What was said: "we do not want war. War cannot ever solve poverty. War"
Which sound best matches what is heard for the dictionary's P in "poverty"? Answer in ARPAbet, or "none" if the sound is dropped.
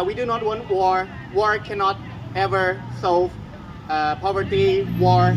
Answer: P